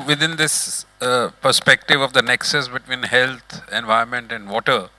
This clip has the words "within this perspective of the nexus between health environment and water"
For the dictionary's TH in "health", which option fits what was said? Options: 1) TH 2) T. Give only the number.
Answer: 2